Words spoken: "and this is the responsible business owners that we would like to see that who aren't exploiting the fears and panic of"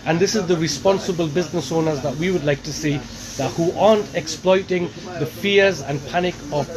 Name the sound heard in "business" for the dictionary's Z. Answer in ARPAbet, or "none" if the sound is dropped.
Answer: Z